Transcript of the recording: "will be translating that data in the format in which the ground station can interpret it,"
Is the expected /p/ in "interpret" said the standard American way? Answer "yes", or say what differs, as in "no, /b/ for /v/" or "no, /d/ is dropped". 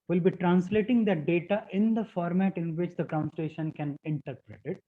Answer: yes